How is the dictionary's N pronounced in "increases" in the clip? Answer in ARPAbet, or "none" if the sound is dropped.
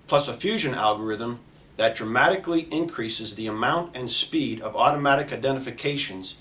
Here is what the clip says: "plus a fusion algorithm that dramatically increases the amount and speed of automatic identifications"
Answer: N